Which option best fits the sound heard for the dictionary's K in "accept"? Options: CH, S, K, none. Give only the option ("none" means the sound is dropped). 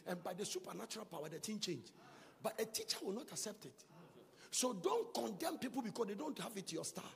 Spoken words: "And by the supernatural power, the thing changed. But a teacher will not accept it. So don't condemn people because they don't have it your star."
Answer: K